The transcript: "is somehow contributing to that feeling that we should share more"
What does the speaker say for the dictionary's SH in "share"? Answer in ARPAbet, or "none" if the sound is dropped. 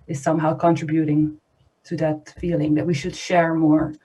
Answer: SH